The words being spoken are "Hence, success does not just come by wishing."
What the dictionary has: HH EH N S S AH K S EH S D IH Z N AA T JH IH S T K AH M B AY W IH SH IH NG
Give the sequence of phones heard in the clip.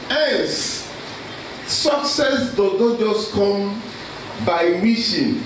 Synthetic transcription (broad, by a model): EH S S AH K S EH S D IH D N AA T JH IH S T K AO M B AY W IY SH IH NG